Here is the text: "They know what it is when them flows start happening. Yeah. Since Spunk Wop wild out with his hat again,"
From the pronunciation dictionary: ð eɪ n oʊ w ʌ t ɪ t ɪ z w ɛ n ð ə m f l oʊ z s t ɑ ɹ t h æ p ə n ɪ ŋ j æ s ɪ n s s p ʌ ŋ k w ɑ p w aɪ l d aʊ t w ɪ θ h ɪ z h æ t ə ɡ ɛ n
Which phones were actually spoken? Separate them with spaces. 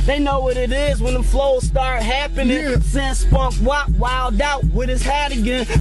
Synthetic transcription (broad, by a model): ð eɪ n oʊ w ʌ t ɪ t ɪ z w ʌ n ð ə f l oʊ z s t ɑ ɹ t h æ p ə n ɪ ŋ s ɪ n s s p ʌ k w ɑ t w aɪ l d aʊ t w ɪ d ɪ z h æ t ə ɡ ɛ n